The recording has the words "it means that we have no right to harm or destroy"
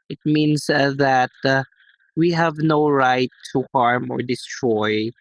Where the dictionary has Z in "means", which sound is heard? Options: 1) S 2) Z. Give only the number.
1